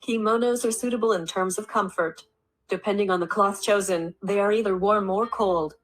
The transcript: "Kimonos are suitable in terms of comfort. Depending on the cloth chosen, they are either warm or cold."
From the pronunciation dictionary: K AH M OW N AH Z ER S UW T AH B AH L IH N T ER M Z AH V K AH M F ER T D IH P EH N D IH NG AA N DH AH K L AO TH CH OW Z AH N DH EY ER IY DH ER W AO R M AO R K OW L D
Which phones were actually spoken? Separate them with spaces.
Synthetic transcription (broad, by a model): K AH M OW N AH Z ER S UW T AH B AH L IH N T ER M Z AH V K AH M F ER T D IH P EH N D IH NG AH N DH AH K L AO TH CH OW Z AH N DH EY ER IY DH ER W AO R M AO R K OW L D